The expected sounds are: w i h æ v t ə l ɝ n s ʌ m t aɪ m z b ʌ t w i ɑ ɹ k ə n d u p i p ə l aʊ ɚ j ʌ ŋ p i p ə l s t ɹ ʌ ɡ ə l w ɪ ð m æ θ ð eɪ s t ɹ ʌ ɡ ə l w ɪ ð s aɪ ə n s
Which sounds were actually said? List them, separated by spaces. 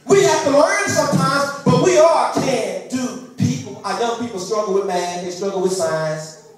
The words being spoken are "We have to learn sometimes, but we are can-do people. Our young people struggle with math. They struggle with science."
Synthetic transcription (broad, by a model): w i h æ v t ə l ɝ n s ʌ m t aɪ m z b ʌ t w i ɑ l k ə n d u p i p l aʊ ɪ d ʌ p i p l s t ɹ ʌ ɡ l w ɪ ð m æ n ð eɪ s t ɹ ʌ ɡ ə l w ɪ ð s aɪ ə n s